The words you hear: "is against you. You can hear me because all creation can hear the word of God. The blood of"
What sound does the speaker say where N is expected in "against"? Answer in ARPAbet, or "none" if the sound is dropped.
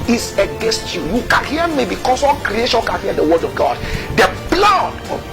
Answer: N